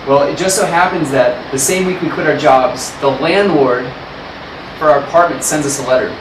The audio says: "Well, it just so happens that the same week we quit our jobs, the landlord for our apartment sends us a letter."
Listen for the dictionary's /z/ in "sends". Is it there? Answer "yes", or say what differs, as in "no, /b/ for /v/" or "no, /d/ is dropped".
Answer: yes